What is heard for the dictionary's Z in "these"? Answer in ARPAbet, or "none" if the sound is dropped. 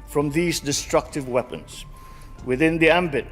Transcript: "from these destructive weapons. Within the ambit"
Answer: Z